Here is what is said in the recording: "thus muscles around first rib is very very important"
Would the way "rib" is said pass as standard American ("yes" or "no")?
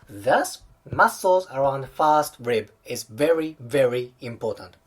yes